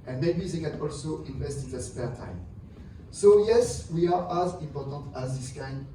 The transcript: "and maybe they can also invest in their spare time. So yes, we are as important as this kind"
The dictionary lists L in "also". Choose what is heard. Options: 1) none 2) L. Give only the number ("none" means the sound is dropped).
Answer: 2